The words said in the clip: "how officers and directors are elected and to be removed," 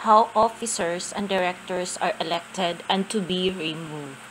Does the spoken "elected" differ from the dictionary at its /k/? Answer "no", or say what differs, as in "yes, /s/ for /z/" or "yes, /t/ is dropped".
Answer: no